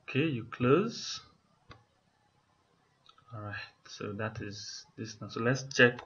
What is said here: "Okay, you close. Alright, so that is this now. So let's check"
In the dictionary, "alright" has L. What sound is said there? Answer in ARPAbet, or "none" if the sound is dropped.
none